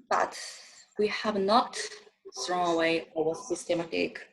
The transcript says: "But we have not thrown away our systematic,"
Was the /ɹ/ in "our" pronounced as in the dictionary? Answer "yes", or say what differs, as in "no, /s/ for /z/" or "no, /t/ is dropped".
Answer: no, /w/ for /ɹ/